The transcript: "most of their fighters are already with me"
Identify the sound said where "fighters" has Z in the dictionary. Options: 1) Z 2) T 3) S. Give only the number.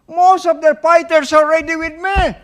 3